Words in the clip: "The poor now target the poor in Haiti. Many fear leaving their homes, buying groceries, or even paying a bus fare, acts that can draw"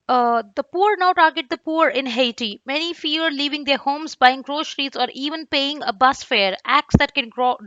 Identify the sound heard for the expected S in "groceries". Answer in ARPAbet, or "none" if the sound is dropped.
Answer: SH